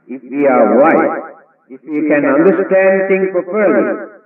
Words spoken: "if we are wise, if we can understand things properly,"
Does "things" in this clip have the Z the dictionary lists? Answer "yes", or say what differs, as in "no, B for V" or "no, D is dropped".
no, Z is dropped